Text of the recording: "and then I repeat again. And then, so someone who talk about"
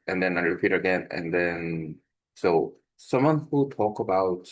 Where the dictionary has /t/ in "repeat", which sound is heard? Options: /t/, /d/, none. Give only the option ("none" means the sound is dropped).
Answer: /t/